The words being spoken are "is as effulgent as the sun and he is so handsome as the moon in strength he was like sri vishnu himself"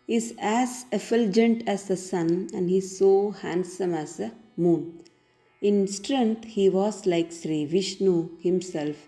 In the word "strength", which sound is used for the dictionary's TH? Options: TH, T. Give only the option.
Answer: T